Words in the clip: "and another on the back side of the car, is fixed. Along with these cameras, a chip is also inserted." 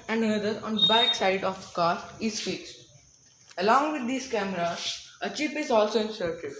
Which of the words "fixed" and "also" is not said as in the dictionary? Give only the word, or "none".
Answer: none